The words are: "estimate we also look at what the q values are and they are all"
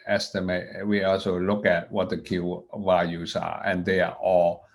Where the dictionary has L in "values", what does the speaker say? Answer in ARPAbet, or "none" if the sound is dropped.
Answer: none